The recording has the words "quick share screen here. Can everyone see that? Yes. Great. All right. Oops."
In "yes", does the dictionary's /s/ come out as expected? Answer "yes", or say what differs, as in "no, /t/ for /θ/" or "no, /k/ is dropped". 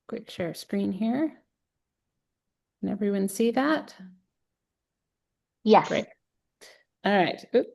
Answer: no, /s/ is dropped